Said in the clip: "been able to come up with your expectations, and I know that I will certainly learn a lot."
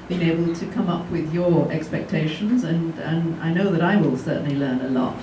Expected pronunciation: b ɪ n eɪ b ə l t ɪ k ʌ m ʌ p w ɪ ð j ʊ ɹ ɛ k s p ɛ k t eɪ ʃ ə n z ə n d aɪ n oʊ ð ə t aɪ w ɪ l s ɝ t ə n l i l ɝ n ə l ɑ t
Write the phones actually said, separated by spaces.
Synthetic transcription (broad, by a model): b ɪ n eɪ b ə l t ɪ k ʌ m ʌ p w ɪ ð j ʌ ɹ ɛ k s p ɛ k t eɪ ʃ ə n z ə n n aɪ n oʊ ð ə t aɪ w ɪ l s ɝ t n l i l ɝ n ə l ɑ t